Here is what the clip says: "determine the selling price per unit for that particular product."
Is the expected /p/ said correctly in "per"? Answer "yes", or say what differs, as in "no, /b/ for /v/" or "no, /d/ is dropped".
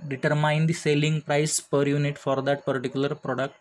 yes